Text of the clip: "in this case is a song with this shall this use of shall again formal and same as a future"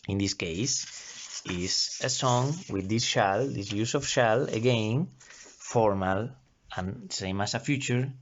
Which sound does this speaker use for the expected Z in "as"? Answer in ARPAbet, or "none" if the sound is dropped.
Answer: S